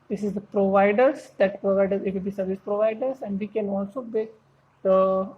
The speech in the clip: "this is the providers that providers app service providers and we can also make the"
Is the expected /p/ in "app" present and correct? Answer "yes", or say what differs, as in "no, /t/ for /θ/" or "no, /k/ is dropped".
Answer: no, /b/ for /p/